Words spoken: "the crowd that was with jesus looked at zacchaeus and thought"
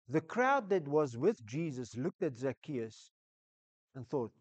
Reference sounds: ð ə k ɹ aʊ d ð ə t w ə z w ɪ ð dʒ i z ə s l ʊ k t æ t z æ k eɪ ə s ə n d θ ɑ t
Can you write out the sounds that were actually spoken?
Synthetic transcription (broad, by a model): ð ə k ɹ aʊ d ð ə t w ə z w ɪ ð dʒ i z ə s l ʊ k t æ t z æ k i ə s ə n θ ɑ t